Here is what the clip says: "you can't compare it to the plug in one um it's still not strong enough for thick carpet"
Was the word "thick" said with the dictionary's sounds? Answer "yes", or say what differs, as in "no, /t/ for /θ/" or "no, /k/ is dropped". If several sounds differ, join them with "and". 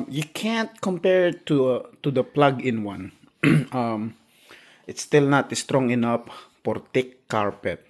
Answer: no, /t/ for /θ/